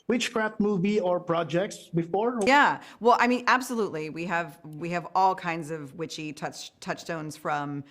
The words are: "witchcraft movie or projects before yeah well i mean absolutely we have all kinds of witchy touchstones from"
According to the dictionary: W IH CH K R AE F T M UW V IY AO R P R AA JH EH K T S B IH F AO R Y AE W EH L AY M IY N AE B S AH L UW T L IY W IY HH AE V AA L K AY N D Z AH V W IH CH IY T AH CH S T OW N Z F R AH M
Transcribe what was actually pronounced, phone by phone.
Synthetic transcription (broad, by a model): W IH CH K R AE F T M UW V IY AO R P R AA JH EH K T S B IH F AO R Y AE W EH L AY M IY N AE B S AH L UW T L IY W IY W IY V AA L K AY N D Z AH V W IH CH IY T AH CH S T OW N Z F R AH M